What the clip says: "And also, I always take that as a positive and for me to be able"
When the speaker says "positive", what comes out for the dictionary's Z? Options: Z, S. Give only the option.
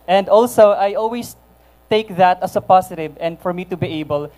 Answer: S